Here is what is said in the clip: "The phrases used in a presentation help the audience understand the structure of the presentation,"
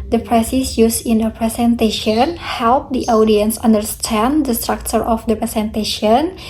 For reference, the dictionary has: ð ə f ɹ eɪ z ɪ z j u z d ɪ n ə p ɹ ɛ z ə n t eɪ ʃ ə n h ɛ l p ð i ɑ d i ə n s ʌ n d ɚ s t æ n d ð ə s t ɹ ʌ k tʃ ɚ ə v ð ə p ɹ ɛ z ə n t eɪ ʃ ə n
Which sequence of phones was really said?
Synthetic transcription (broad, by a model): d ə p ɹ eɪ s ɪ s j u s ɪ n ə p ɹ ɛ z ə n t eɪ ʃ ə n h ɛ l p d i ɑ d i ə n s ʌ n d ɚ s t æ n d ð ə s t ɹ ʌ k tʃ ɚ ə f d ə p ɹ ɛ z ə n t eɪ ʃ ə n